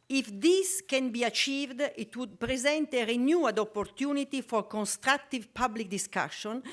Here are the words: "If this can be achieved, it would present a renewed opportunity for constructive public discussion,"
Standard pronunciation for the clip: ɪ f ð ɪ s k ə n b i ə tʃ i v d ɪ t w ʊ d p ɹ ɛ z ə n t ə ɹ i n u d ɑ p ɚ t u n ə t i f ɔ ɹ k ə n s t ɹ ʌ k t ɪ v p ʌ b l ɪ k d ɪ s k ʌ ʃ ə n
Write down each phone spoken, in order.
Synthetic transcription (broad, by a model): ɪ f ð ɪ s k ə n b i ə tʃ i v d ɪ t w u d p ɹ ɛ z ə n t ə ɹ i n u d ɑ p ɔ t u n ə t i f ɔ ɹ k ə n s t ɹ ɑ k t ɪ v p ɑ b l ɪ k d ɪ s k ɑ ʃ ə n